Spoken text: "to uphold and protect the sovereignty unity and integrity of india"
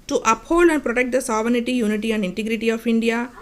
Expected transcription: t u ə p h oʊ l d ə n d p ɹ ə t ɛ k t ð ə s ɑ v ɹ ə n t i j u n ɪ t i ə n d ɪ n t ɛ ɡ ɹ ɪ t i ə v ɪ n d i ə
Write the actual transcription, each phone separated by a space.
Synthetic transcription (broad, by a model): t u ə p h oʊ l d ə n d p ɹ ə t ɛ k t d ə s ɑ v ə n t i j u n ɪ t i ə n d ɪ n t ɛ ɡ ɹ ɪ t i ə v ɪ n d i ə